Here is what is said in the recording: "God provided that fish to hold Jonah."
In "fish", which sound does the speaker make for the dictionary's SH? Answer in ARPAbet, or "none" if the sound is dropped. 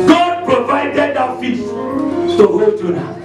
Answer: S